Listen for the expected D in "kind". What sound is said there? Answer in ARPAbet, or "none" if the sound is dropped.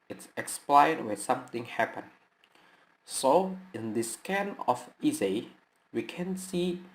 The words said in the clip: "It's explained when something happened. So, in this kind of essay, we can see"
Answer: none